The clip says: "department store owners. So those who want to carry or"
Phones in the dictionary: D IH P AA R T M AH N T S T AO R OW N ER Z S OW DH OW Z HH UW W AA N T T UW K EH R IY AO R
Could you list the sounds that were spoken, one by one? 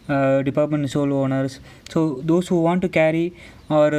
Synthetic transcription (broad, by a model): D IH P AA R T M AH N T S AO L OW N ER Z S OW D OW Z HH UW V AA N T T UW K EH R IY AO R